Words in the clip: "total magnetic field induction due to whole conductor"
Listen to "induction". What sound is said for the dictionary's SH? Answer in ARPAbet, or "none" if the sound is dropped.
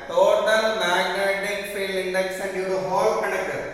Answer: S